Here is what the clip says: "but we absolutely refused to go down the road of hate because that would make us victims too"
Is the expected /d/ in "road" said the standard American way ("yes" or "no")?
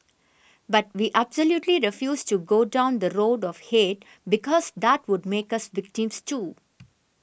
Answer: yes